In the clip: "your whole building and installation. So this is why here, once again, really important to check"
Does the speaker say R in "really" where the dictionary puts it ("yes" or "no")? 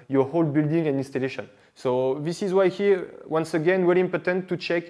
no